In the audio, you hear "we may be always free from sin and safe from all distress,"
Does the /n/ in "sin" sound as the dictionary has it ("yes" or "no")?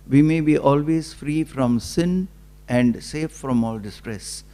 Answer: yes